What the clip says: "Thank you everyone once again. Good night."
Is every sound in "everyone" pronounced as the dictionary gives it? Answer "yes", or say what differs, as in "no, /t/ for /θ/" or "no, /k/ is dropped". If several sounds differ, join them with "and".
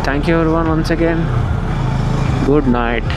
no, /v/ is dropped